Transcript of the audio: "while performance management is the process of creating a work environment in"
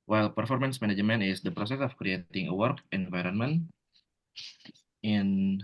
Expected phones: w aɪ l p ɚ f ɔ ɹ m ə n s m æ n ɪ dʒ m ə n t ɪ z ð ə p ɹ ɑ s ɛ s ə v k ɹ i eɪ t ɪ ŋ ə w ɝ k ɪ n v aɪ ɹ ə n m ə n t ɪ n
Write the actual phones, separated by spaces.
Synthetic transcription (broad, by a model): w aɪ l p ɚ f ɔ ɹ m ə n s m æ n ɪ dʒ m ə n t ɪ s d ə p ɹ ɑ s ɛ s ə f k ɹ i eɪ t ɪ ŋ ə w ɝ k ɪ n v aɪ ɹ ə n m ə n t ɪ n